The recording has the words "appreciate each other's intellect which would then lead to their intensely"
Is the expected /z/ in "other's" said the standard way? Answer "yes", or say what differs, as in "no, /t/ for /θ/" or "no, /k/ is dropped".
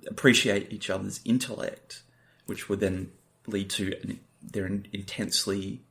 yes